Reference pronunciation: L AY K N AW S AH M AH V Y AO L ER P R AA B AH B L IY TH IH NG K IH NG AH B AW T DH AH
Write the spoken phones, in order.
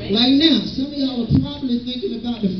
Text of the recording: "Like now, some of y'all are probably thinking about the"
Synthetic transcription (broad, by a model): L AY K N AW S AH M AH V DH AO W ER P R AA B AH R L IY TH IH NG K IH NG AH B AW T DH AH